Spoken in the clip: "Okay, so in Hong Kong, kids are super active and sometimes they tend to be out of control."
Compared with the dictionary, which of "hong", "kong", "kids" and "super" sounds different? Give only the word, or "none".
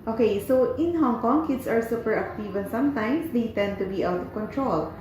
kids